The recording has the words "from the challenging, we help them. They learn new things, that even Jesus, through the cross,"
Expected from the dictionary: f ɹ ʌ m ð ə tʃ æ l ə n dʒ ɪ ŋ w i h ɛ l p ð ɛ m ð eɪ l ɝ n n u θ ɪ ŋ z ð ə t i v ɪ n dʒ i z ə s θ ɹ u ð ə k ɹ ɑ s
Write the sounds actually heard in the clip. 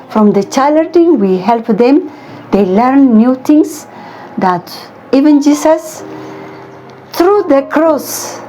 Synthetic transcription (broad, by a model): f ɹ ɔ m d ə tʃ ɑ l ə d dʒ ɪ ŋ w i h ɛ l p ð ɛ m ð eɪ l ɝ n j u t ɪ ŋ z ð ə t i v ɪ n dʒ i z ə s t ɹ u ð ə k ɹ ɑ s